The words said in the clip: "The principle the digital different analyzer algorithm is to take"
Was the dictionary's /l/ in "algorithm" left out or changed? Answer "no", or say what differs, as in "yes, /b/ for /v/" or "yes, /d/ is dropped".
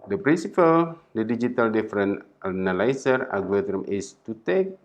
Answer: yes, /l/ is dropped